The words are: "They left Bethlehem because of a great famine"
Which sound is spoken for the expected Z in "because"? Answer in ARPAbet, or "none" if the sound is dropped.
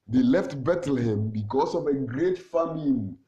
S